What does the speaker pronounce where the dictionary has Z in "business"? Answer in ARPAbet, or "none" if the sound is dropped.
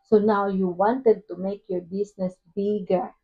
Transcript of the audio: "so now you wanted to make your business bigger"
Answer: S